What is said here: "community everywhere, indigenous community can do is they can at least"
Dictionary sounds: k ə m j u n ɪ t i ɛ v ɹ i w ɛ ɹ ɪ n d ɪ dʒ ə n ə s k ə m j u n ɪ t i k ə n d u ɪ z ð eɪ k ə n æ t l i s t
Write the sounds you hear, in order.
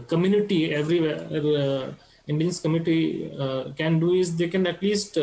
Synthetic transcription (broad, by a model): k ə m j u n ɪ t i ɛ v ɹ i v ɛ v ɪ n d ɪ ə n s k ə m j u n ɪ t i k ə n d u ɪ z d eɪ k ə n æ t l i s t